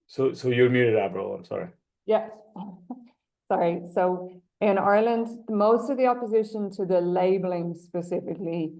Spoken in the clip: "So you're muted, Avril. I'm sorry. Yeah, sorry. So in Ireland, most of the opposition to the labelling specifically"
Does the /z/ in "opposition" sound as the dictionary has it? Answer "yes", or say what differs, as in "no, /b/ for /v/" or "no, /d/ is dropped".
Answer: yes